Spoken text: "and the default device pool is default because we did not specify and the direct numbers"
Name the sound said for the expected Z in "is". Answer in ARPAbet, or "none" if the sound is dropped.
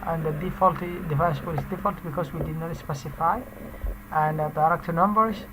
S